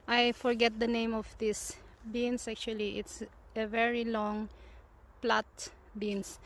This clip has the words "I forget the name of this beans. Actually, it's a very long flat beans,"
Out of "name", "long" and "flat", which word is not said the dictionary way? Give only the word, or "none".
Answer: flat